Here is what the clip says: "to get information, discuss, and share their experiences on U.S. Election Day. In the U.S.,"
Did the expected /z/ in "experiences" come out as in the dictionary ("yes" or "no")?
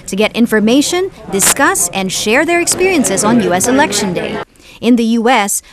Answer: yes